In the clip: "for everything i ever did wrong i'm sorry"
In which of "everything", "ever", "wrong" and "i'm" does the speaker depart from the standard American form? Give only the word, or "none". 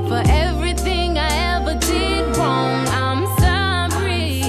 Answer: wrong